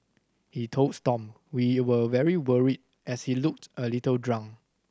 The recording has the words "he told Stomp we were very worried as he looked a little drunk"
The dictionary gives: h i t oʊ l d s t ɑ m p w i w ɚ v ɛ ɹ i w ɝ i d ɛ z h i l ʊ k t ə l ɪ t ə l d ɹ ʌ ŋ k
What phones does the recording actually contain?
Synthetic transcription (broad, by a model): h i t oʊ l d s t ɑ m w i w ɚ v ɛ ɹ i w ɝ i d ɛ s h i l ʊ k t ə l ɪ t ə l d ɹ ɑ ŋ